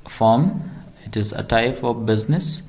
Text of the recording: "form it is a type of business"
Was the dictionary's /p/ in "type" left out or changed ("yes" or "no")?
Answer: yes